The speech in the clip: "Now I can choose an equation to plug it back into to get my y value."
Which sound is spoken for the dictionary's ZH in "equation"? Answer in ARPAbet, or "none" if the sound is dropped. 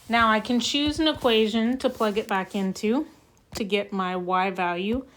ZH